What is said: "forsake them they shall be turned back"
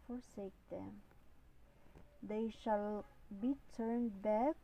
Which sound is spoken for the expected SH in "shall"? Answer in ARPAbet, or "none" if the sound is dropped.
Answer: SH